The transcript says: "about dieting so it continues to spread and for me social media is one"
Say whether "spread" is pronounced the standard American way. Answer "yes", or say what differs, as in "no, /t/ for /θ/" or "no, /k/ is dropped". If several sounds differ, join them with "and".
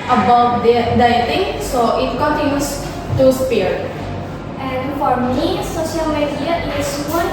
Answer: no, /ɹ/ is dropped